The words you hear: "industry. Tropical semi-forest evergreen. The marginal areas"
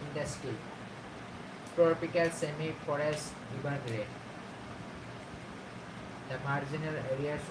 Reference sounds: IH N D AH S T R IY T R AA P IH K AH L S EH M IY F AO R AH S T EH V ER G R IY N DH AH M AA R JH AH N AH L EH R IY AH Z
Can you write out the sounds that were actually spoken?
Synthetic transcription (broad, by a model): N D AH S T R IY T R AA P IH K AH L S EH M IY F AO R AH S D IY B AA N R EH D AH M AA R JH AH N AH L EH R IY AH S